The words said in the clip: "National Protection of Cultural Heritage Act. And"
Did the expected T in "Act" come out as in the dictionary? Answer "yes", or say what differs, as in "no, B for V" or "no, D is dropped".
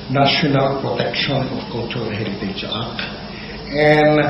no, T is dropped